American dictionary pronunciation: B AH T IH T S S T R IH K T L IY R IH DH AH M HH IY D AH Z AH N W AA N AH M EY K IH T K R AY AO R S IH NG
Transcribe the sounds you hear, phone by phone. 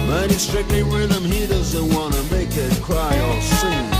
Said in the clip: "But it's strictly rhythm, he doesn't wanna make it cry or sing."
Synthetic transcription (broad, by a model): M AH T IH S S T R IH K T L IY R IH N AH M HH IY D AH Z AH N W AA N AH M EY K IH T K R AY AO L S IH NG